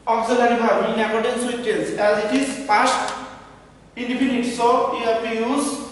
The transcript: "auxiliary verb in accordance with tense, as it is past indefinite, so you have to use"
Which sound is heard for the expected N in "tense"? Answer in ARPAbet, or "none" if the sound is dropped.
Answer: L